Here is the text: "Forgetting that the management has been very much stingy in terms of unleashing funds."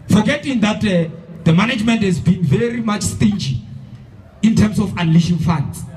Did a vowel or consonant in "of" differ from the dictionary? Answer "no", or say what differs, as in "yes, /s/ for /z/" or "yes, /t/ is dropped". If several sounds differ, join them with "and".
yes, /f/ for /v/